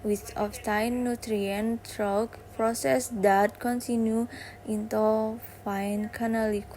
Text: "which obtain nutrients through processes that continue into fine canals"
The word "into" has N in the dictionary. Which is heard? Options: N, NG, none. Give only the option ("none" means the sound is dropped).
N